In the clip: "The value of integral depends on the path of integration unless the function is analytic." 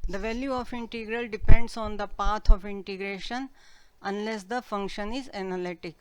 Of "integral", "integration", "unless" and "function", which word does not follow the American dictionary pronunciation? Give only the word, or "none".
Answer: none